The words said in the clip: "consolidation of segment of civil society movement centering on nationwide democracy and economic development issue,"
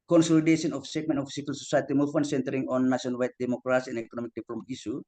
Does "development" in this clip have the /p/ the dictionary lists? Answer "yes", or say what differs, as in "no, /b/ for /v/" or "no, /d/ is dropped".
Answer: no, /p/ is dropped